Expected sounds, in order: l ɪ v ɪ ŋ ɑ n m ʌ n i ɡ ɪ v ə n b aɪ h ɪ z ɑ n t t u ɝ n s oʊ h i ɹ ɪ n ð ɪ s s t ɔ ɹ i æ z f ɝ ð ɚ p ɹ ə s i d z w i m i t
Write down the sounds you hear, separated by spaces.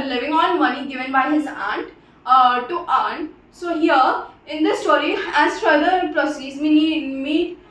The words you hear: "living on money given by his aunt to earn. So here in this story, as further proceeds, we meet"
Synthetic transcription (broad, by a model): l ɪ v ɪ ŋ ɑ l m ʌ n i ɡ ɪ v ə n b aɪ h ɪ z ɑ n t t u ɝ n s oʊ h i ɹ ɪ n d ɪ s s t ɔ ɹ i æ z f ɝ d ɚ p ɹ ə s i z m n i m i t